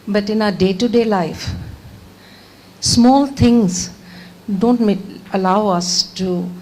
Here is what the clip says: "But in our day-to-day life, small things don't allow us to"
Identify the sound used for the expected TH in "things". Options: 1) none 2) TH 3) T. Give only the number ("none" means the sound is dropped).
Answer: 3